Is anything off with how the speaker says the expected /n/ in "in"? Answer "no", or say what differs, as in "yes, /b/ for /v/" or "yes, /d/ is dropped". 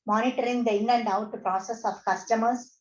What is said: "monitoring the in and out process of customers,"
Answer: yes, /l/ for /n/